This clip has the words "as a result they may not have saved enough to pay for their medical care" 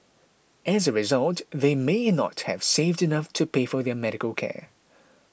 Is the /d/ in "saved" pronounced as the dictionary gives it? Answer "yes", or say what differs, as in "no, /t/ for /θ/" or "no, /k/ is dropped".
yes